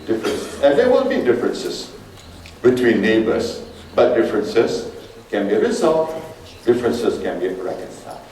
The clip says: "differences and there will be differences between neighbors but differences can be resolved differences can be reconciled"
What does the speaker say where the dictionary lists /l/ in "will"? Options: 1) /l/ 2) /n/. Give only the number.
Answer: 2